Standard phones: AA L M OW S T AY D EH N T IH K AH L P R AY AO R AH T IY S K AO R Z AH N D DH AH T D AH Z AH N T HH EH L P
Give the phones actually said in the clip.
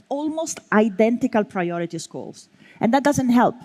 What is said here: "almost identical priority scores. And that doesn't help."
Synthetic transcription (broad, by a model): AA L M OW S T AY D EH N T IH K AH L P R AY AO R AH T IY S K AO L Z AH N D DH AH T D AH Z AH N T HH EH L P